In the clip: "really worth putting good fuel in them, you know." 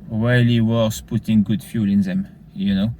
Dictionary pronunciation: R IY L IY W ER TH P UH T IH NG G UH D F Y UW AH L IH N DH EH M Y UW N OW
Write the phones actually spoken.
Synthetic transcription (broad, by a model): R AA L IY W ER S P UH T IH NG G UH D F Y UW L IH N DH EH M Y UW N OW